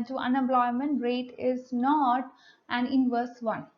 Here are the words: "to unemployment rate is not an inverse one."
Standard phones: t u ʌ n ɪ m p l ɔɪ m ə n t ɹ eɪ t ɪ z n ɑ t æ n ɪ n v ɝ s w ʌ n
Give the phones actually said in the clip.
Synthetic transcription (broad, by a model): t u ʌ n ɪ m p l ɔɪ m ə n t ɹ eɪ t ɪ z n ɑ t æ n ɪ n v ɝ s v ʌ n